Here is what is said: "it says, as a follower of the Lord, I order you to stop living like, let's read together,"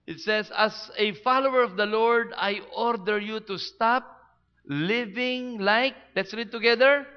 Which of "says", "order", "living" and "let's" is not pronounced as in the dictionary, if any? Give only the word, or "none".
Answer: says